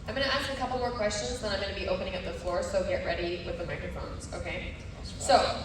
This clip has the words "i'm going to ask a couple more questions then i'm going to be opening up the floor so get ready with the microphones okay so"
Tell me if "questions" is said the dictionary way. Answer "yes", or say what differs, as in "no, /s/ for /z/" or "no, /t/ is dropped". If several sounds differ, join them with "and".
yes